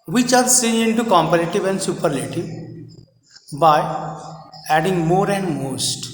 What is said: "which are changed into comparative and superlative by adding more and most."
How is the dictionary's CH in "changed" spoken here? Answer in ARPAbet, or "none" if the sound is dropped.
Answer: S